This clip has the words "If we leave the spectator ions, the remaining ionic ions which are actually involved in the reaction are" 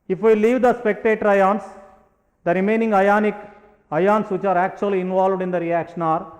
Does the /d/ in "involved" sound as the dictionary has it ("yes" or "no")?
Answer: yes